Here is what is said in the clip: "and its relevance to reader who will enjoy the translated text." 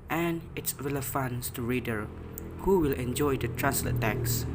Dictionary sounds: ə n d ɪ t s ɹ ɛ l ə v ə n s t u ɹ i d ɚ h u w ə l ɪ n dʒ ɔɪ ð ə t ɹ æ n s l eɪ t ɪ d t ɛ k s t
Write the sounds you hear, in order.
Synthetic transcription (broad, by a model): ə n ɪ t s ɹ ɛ l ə f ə n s t u ɹ i d ɚ h u w ə l ɪ n dʒ ɔɪ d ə t ɹ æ n s l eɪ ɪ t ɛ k s